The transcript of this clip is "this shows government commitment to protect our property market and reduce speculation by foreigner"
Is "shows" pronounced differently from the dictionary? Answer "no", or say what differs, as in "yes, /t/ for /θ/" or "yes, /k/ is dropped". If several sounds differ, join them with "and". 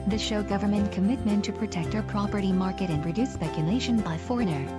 yes, /z/ is dropped